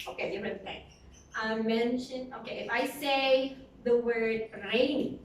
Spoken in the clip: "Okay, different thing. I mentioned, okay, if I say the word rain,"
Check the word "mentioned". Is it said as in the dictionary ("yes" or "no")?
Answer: no